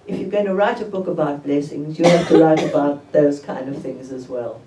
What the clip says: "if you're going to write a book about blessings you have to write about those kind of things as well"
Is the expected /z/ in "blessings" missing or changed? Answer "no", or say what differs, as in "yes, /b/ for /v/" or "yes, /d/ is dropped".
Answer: no